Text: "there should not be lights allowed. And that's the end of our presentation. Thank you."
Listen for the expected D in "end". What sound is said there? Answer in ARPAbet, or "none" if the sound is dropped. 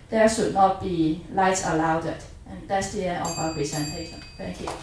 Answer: none